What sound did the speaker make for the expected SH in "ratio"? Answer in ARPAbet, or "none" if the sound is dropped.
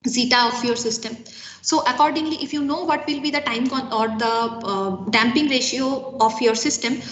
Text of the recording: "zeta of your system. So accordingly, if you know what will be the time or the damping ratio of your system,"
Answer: SH